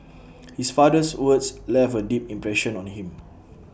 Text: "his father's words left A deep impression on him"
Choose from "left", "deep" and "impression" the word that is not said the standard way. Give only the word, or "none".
left